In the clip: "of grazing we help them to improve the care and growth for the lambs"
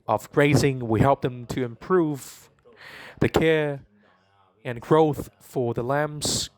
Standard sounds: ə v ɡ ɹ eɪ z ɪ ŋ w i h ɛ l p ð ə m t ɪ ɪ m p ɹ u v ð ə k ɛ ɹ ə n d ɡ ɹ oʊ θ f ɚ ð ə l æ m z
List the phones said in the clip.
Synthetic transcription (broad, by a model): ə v ɡ ɹ eɪ z ɪ ŋ w i h ɛ l p ð ə m t ɪ ɪ m p ɹ u v ð ə k ɛ ɹ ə n ɡ ɹ oʊ θ f ɚ ð ə l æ m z